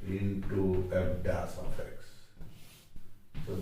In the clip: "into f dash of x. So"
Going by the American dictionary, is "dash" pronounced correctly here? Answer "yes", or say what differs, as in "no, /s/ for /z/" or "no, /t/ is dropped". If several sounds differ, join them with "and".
no, /s/ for /ʃ/